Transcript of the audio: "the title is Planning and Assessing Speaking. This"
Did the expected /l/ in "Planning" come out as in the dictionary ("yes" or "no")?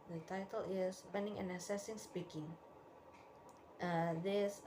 no